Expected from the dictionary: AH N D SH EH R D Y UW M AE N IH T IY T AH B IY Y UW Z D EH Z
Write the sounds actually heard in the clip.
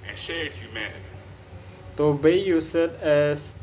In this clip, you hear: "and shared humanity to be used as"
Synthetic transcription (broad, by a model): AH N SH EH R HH Y UW M AE N IH T IY T AH B IY Y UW S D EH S